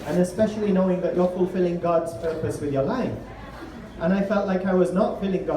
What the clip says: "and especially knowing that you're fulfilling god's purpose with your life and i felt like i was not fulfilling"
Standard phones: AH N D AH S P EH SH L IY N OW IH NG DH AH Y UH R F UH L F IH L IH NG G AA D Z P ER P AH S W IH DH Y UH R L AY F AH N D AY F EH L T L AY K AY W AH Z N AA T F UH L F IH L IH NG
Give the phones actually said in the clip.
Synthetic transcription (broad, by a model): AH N AH S P EH SH L IY N OW IH NG DH AH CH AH R F UH L F IH L IH NG G AA D Z P ER P AH S W IH DH Y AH R L AY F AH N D AY F EH L T L AY K AY W AH Z N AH T F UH L IH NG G